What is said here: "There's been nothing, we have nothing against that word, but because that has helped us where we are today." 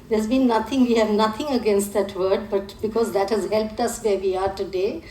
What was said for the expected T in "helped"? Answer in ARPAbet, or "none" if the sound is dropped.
T